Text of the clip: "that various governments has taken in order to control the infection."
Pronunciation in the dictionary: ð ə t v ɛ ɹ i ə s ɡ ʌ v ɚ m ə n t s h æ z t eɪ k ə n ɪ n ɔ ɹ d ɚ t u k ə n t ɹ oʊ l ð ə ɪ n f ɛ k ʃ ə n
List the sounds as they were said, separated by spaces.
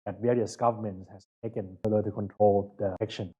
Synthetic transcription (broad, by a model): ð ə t v ɛ ɹ i ə s ɡ ʌ v ɚ m ə n t s h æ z t eɪ k ə n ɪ l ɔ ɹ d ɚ t u k ə n t ɹ oʊ l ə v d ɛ k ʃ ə n